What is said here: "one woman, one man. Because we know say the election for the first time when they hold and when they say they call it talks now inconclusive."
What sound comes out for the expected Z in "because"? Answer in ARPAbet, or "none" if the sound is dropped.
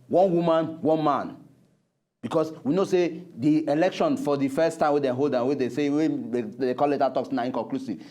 S